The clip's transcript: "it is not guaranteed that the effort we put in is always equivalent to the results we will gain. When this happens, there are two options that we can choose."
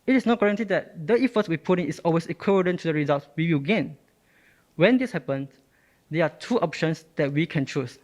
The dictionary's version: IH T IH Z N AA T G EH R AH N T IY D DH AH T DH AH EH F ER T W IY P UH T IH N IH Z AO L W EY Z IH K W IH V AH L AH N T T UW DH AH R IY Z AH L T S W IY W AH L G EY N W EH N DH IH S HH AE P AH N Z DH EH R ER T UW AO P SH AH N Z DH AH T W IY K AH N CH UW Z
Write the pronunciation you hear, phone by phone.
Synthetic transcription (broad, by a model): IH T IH S N AA T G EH R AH N T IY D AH T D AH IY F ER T W IY P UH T IH N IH S AO L W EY S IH K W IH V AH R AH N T T UW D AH R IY Z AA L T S W IY W AH L G EY N W EH N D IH S HH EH P AH N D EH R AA T UW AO P SH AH N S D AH T W IY K AH N CH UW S